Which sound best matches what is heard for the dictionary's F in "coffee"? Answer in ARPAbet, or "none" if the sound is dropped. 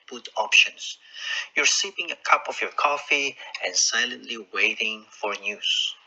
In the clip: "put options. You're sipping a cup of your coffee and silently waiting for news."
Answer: F